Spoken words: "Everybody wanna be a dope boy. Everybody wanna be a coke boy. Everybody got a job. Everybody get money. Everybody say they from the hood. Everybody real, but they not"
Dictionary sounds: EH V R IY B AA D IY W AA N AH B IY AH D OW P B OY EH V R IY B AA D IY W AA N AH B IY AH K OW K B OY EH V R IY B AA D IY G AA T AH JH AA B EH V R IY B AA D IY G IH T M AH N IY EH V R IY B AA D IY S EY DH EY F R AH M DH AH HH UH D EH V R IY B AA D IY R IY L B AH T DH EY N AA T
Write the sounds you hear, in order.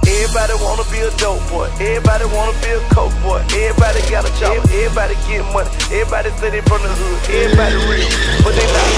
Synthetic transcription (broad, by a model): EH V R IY B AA D IY W AA N AH B IY AH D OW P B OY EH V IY B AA D IY W AA N AH B IY AH K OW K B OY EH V IY B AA D IY G AA T AH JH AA EH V IY B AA D IY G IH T M AH N IY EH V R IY B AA D IY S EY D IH F R AH M DH AH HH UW EH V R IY B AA D IY R IY L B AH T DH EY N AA